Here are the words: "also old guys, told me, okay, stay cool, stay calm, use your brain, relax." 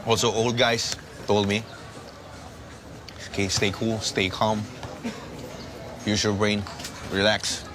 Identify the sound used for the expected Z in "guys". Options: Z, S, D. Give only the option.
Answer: S